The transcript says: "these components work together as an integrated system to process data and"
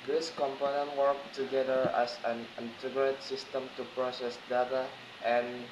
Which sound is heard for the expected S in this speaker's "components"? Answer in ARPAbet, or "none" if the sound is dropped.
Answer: none